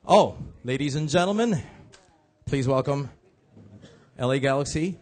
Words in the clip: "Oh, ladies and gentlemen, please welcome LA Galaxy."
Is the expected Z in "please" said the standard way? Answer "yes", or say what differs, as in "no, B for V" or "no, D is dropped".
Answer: yes